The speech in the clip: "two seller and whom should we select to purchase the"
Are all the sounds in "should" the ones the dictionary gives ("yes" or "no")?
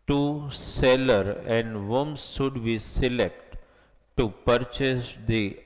no